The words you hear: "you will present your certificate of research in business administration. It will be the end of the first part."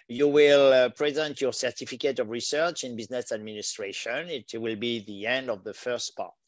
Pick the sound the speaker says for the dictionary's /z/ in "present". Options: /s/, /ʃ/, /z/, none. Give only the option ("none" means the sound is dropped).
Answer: /z/